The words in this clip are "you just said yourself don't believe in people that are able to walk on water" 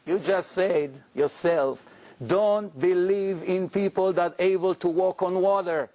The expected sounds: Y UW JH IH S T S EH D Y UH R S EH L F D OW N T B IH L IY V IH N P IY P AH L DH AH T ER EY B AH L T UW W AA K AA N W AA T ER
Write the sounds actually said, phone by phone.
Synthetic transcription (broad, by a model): Y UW JH IH S T S EH D Y UH R S EH L F D OW N T B IH L IY V IH N P IY P AH L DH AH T EY B AH L T UW W AA K AA N W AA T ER